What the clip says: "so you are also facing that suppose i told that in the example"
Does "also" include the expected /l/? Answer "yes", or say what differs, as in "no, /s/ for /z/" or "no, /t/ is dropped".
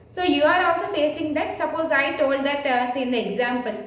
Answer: yes